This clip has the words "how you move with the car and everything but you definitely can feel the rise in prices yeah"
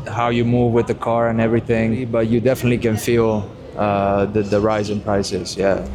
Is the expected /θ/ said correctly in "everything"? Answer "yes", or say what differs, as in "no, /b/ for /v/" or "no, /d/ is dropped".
yes